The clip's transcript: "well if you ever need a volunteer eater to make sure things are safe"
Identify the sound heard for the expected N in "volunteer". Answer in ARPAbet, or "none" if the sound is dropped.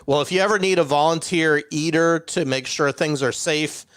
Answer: N